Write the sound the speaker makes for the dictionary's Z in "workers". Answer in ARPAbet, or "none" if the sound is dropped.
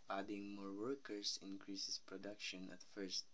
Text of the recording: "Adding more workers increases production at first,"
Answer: S